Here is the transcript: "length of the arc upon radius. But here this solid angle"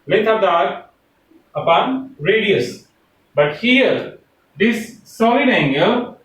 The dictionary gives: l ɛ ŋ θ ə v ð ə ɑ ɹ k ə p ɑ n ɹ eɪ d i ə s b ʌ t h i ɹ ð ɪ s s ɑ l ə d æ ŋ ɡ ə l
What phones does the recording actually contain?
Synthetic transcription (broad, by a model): l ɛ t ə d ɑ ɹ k ə p ɑ n ɹ eɪ d i ə s b ʌ t h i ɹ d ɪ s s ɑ ə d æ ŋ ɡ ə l